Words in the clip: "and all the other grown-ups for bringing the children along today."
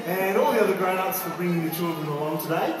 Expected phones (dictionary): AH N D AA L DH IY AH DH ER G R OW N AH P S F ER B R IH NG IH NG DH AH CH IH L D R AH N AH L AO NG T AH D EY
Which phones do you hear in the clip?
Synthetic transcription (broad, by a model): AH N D AA L DH IY AH DH ER G R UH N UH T S F ER B R IH NG IH NG DH AH CH IH L D R AH N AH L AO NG T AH D EY